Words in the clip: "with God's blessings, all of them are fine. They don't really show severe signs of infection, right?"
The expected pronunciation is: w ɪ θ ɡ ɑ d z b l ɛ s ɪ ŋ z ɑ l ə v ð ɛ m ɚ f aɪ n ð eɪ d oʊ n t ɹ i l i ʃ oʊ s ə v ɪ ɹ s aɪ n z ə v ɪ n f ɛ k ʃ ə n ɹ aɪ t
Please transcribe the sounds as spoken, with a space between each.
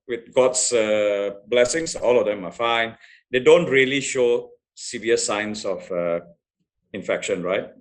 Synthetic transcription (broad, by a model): w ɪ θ ɡ ɑ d s b l ɛ s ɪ ŋ s ɑ l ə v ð ɛ m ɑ f aɪ n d eɪ d oʊ n t ɹ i l i ʃ oʊ s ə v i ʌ s aɪ n s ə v ɪ n f ɛ k ʃ ə n ɹ aɪ t